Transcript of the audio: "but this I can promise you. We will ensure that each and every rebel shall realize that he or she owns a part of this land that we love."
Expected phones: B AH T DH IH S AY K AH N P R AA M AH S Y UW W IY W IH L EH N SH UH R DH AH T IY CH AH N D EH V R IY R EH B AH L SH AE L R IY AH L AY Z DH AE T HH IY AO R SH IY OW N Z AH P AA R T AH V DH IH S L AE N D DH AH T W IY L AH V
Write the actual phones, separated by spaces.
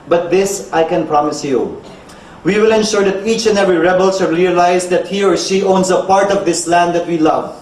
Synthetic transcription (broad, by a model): B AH T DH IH S AY K AH N P R AA M AH S Y UW W IY W IH L EH N SH UH R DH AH T IY CH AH N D EH V R IY R EH B AH L S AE R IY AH L AY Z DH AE T HH IY AO R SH IY OW N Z AH P AA R T AH V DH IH S L AE N D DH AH T W IY L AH V